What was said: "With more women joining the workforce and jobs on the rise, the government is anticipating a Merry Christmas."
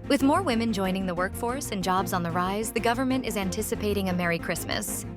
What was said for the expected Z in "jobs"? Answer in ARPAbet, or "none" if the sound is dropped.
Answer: Z